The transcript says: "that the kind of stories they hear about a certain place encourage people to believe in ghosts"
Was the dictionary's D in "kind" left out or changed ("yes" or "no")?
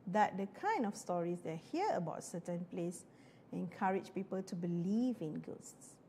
no